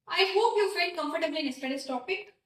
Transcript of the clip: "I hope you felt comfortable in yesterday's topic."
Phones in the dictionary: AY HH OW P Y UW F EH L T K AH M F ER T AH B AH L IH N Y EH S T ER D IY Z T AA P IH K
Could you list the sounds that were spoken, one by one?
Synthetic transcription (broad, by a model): AY HH OW P Y UW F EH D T K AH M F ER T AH B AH N IH N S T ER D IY S T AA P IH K